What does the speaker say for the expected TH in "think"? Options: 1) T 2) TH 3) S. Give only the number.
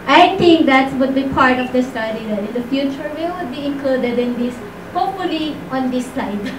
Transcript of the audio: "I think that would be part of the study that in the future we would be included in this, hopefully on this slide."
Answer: 1